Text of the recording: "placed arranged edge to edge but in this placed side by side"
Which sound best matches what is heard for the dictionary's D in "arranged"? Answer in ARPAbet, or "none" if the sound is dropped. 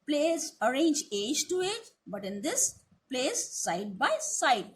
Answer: none